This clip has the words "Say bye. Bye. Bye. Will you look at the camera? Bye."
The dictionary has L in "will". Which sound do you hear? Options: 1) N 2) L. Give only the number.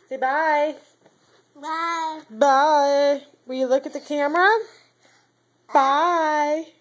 1